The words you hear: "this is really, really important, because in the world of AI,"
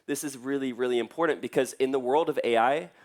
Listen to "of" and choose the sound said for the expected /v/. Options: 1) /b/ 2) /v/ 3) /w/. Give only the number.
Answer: 2